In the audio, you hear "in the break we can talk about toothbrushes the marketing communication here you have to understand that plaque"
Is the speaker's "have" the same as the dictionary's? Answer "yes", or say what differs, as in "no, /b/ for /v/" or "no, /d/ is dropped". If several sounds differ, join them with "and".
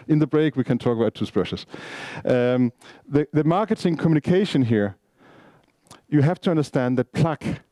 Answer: no, /f/ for /v/